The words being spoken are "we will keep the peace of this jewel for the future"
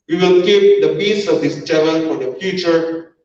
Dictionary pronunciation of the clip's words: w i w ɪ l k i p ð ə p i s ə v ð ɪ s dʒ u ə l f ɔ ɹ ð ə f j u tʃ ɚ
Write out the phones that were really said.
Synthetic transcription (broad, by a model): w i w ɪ l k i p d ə b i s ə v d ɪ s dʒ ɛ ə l f ɔ ɹ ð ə f j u tʃ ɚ